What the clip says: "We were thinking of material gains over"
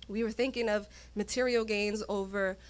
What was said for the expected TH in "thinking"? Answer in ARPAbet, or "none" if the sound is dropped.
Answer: TH